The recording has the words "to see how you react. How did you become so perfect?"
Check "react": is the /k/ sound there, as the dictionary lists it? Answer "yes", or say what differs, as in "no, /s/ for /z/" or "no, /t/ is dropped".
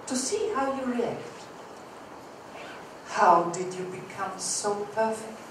yes